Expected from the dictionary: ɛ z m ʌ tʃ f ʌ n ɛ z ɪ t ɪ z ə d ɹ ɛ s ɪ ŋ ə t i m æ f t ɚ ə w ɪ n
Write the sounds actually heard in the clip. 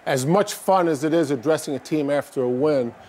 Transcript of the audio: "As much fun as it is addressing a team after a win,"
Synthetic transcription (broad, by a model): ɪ z m ʌ tʃ f ʌ n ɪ z ɪ t ɪ z ə d ɹ ɛ s ɪ ŋ ə t i m æ f t ɚ ə w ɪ n